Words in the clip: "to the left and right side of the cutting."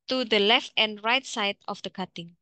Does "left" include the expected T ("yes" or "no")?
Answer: yes